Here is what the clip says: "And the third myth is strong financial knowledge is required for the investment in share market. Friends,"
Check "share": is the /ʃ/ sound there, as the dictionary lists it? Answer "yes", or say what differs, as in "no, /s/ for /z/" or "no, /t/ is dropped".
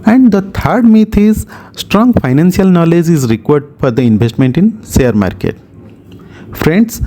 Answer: no, /s/ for /ʃ/